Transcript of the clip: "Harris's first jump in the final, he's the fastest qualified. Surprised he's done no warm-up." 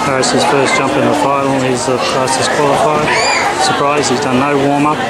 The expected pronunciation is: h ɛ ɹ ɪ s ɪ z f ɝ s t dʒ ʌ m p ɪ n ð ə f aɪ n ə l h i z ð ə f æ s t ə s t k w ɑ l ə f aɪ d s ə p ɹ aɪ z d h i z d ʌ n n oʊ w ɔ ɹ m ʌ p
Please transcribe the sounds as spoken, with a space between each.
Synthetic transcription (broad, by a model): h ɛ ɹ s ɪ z f ɝ s dʒ ʌ m p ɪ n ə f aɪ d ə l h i z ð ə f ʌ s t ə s k w ɑ l ə f aɪ d s ə p ɹ aɪ z d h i z d ʌ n n oʊ w ɔ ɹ m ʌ